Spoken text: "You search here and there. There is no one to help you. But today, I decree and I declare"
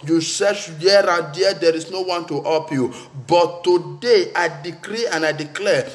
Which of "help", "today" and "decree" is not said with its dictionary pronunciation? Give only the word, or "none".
help